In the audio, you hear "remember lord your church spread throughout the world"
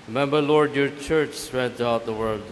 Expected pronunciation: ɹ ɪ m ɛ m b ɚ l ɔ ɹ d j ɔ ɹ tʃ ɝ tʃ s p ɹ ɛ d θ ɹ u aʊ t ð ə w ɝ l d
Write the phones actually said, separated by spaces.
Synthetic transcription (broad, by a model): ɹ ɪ m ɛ m b ɚ l ɔ ɹ d j ɔ ɹ tʃ ɝ tʃ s ɹ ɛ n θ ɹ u aʊ t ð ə w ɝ l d